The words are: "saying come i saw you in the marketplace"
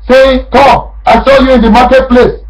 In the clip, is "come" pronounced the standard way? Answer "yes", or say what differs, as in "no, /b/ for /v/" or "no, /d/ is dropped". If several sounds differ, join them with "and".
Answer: no, /m/ is dropped